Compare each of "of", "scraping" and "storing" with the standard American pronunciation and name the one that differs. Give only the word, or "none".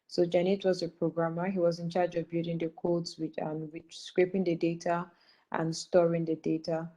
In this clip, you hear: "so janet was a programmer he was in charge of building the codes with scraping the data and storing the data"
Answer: none